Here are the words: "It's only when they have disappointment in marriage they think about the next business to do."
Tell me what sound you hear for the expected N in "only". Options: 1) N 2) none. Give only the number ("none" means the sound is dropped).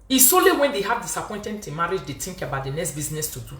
2